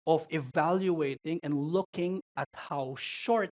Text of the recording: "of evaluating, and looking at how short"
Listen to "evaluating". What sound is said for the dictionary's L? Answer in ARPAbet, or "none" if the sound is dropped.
L